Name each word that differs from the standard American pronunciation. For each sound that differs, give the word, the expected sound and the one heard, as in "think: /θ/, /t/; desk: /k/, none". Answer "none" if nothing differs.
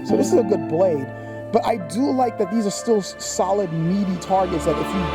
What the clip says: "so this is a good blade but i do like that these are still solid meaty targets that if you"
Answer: none